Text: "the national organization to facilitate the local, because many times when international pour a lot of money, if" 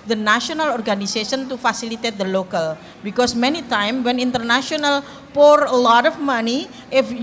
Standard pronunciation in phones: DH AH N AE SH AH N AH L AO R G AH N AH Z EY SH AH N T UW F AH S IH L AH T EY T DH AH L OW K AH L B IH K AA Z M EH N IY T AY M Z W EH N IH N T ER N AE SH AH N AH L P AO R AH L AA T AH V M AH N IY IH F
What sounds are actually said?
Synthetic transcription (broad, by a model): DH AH N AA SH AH N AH L AO R G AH N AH S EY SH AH N T UW F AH S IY L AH T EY T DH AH L OW K AH L B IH K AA S M EH N IY T AY M W EH N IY N T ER N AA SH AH N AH L P AO R AH L AA T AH F M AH N IY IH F